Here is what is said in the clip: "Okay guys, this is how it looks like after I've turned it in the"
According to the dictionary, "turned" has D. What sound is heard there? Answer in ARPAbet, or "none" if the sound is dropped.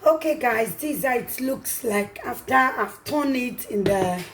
none